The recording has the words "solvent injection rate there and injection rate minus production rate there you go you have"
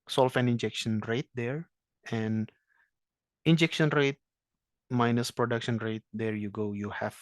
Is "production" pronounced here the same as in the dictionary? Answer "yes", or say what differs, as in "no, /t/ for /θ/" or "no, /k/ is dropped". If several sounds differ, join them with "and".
yes